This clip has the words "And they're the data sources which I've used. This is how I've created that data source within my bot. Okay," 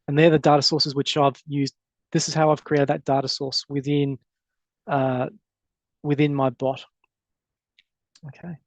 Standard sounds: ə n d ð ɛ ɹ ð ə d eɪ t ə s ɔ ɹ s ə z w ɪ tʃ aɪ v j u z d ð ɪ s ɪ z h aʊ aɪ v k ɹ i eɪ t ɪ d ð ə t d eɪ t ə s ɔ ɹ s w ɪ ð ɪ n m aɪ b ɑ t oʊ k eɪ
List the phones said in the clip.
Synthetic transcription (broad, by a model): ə n ð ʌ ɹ ð ə d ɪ t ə s ɔ ɹ s ə z w ɪ tʃ aɪ v j u z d ð ɪ s ɪ z h aʊ aɪ v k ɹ i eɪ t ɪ d ð ə t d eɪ t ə s ɔ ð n w ɪ ð ɪ n m aɪ b ɑ t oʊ k eɪ